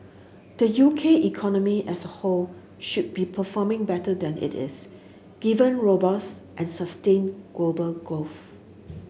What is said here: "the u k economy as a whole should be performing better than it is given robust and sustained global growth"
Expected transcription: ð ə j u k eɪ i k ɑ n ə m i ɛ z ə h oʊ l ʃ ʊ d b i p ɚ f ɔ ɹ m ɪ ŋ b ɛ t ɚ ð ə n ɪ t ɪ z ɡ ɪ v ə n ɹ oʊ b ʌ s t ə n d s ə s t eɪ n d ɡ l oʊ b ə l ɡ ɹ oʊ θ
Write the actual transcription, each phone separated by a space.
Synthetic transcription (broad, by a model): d ə j u k eɪ i k ɑ n ə m i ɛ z ə h oʊ l ʃ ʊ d b i p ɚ f ɔ m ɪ ŋ b ɛ t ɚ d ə n ɪ t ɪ s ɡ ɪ v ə n ɹ oʊ b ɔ s t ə n s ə s t eɪ n ɡ l oʊ b ə l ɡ oʊ f